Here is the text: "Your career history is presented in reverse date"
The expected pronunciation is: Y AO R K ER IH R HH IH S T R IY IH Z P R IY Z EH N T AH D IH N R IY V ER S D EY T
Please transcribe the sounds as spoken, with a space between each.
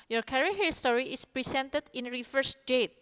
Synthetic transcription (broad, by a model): Y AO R K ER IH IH S T R IY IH S P R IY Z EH N T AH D IH N R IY F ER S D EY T